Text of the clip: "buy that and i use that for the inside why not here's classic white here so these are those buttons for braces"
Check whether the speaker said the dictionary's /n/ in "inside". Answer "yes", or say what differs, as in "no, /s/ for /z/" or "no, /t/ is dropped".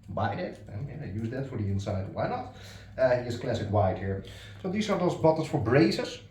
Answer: yes